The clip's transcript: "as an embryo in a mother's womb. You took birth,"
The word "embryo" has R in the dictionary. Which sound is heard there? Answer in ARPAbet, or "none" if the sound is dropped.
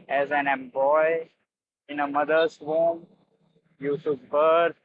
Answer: none